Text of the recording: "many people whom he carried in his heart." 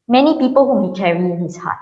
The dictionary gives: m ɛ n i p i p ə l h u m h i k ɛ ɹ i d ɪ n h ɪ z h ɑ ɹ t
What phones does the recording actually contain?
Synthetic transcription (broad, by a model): m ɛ n i p i p ə l h u m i k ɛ ɹ i ɪ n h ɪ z h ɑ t